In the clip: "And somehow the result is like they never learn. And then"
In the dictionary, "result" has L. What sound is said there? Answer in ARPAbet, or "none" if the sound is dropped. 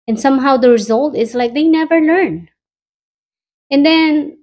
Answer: L